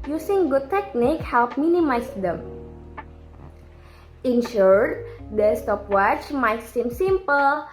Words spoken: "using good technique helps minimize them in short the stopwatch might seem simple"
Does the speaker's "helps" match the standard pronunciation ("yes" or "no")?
no